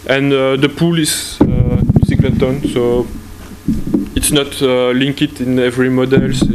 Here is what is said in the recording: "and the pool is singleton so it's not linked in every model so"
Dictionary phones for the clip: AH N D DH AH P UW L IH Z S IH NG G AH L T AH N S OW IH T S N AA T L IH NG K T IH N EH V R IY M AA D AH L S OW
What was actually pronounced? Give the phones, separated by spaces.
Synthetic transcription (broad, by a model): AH N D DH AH P UW L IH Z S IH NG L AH T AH N S OW IH T S N AA T L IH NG K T IH N EH V R IY M AA D AH L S